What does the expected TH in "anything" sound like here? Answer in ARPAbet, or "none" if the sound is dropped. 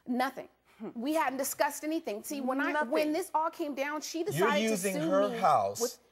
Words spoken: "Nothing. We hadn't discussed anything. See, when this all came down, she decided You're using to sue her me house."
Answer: TH